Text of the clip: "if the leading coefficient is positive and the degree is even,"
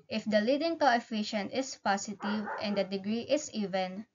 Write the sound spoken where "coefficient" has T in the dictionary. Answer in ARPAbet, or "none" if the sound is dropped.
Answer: T